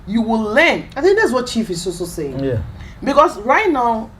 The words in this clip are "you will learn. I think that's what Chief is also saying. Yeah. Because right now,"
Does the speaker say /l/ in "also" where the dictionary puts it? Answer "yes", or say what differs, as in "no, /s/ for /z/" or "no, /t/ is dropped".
no, /l/ is dropped